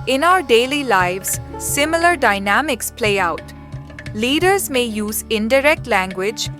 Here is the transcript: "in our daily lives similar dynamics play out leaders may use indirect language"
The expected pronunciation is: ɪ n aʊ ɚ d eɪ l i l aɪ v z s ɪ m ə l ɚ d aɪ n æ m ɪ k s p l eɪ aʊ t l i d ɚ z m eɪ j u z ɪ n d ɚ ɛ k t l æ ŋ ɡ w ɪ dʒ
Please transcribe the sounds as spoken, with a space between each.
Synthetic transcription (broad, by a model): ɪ n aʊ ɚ d eɪ l i l aɪ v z s ɪ m ə l ɚ d aɪ n æ m ɪ k s p l eɪ aʊ t l i d ɚ z m eɪ j u z ɪ n d ɚ ɛ k t l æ ŋ ɡ w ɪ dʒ